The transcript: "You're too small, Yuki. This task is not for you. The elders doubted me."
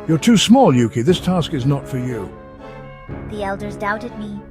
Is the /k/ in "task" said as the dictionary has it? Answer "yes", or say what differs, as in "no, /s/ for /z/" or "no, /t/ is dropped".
yes